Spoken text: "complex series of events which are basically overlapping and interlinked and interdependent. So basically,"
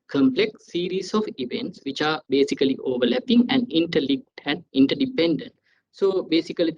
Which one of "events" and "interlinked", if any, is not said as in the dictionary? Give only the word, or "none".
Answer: interlinked